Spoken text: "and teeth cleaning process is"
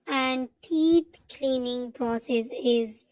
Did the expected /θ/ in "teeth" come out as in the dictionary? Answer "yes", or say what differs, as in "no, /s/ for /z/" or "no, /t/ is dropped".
no, /t/ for /θ/